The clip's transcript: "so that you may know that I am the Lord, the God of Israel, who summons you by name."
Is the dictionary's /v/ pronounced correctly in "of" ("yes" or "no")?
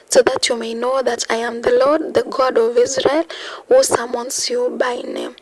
yes